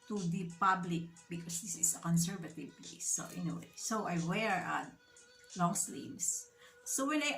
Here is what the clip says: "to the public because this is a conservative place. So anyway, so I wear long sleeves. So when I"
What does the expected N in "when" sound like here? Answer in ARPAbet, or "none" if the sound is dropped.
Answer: L